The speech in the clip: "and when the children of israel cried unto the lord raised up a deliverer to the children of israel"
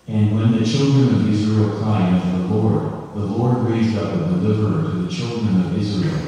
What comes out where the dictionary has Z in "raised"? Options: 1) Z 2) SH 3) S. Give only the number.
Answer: 1